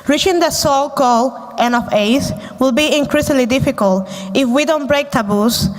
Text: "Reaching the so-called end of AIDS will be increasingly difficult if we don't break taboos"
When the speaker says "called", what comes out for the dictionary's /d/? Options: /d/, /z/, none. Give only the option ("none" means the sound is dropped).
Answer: none